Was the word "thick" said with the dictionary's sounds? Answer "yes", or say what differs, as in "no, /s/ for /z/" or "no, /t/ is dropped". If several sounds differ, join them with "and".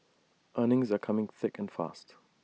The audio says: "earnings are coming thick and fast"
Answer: yes